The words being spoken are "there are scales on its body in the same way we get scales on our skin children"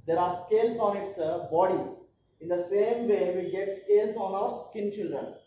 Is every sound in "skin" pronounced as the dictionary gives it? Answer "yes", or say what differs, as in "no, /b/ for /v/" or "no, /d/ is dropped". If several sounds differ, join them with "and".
yes